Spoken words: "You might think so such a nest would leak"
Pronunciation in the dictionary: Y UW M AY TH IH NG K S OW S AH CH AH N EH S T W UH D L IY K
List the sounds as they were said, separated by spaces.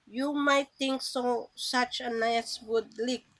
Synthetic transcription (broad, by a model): Y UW M AY T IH NG K S OW S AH CH AH N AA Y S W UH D L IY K